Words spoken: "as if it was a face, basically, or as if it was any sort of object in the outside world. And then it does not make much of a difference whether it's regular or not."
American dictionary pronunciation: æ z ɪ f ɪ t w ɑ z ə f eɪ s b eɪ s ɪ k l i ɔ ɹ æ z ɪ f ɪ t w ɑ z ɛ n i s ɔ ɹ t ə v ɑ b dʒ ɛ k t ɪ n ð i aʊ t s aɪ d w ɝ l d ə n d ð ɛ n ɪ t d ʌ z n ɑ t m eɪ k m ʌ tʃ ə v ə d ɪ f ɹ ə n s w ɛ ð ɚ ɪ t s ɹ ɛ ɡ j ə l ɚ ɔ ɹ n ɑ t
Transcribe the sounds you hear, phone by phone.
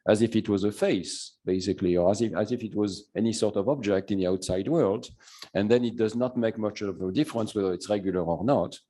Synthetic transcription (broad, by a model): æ z ɪ f ɪ t w ɑ z ə f eɪ s b eɪ s ɪ k l i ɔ ɹ æ z ɪ f ɪ t w ɑ z ɛ n i s ɔ ɹ t ə v ɑ b dʒ ɛ k t ɪ n ð i aʊ t s aɪ d w ɝ l d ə n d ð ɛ n ɪ t d ʌ z n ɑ t m eɪ k m ʌ tʃ ə v ə d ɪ f ɹ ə n s w ɛ ð ɚ ɪ t s ɹ ɛ ɡ j ə l ɚ ɔ ɹ n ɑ t